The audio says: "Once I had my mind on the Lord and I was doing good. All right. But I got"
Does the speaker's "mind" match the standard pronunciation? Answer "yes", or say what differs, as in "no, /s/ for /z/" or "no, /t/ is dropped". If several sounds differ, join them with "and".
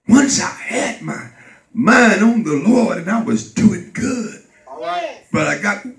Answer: no, /d/ is dropped